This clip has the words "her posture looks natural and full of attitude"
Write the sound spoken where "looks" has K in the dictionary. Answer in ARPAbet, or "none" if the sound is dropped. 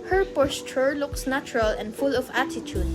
K